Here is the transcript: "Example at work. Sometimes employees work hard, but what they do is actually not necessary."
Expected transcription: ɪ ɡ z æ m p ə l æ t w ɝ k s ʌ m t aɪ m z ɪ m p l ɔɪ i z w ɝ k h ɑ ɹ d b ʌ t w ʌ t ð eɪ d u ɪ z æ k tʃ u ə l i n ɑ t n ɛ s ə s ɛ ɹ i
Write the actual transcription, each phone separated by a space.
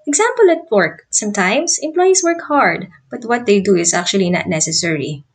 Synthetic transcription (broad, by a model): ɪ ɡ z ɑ m p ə l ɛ t w ɝ k s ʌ m t aɪ m s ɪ m p l ɔɪ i s w ɝ k h ɑ ɹ d b ʌ t w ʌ t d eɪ d u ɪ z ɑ k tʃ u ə l i n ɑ t n ɛ s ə s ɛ ɹ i